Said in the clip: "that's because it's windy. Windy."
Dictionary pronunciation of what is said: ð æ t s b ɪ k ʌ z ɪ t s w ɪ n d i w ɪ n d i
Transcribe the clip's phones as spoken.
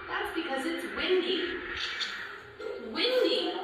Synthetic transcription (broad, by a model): ð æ t s b ɪ k ʌ z ɪ t s w ɪ n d i w ɪ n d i